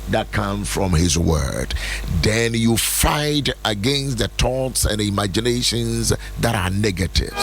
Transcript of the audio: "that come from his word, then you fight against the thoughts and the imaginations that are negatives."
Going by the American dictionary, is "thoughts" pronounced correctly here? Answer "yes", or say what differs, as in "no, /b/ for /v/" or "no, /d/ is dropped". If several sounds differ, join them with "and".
no, /t/ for /θ/